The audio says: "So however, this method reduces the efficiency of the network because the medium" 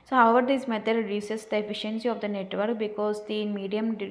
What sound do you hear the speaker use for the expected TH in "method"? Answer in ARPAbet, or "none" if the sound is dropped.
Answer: T